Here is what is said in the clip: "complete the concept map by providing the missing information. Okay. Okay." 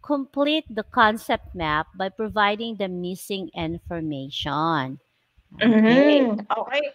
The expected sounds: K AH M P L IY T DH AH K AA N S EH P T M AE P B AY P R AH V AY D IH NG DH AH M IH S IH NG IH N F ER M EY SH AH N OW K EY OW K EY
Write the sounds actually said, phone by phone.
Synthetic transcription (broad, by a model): K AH M P L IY T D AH K AA N S EH P T M AE P B AY P R AH V AY D IH NG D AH M IH S IH NG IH N F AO M EY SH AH N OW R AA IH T